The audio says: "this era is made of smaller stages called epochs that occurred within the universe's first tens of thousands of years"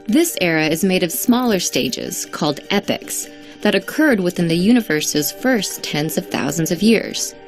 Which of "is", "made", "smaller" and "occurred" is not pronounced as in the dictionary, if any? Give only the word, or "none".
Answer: none